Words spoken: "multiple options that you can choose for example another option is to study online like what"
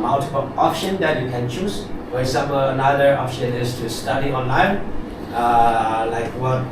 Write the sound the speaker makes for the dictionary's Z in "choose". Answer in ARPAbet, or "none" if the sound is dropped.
S